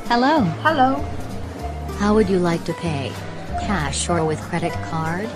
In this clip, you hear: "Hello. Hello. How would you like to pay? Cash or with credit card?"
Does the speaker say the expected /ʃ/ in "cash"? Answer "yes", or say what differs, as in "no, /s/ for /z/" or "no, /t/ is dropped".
yes